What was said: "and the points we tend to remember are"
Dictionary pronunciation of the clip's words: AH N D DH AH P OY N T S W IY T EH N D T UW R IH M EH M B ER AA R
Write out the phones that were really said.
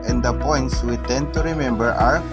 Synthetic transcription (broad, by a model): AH N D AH P OY N T S W IY T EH N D T UW R IH M EH M B ER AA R